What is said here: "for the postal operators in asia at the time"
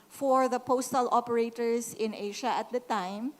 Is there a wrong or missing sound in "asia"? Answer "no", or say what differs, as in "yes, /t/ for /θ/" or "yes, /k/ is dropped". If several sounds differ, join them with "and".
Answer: yes, /ʃ/ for /ʒ/